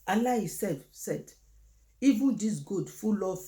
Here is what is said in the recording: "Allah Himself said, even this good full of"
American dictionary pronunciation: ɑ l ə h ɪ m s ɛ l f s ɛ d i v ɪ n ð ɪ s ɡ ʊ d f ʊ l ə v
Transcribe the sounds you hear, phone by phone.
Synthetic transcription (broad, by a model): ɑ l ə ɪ s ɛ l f s ɛ d i v ɪ n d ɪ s ɡ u d f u l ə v